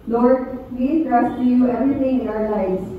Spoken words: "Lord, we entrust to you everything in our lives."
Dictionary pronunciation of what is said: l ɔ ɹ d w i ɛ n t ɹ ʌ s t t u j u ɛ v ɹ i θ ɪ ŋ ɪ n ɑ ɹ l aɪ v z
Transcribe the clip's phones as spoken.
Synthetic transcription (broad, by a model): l ɔ ɹ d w i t ɹ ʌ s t t u j u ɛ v ɹ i t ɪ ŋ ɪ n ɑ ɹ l aɪ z